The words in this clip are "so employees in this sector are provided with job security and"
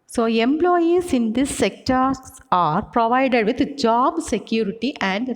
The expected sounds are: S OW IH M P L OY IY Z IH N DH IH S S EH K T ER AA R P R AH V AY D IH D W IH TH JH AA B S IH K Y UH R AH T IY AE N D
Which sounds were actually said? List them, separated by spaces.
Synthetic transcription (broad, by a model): S OW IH M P L OY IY S IH N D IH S S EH K T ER AA R P R AH V AY D IH D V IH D JH AA B S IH K Y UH R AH T IY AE N D